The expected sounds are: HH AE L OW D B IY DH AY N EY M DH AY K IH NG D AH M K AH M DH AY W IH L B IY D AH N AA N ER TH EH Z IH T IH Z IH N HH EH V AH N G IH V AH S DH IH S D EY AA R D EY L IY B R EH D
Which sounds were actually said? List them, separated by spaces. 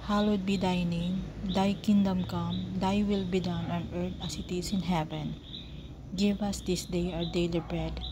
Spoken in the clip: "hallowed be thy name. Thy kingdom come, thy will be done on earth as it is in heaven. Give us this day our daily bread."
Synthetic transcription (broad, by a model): HH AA L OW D B IY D AY N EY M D AY K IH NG D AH M K AH M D AY W IH L B IY D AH N AA N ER T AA S IH T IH S IH N HH EH V AH N G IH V AH S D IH S D EY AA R D EY L IY B R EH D